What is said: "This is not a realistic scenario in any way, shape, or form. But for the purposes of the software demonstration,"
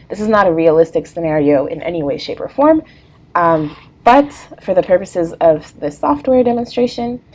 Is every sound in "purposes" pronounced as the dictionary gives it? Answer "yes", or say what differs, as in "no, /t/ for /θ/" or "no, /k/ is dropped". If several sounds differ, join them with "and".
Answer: yes